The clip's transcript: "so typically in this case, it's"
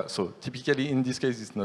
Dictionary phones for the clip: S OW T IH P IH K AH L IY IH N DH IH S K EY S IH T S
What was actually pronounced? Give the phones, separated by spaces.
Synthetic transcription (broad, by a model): S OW T IH P IH K AH L IY IH N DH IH S K EY S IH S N